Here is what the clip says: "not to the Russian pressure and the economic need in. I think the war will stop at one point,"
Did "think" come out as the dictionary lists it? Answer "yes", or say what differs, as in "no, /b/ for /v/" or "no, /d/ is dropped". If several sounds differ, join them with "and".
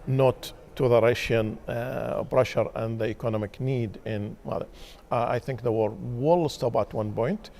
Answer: yes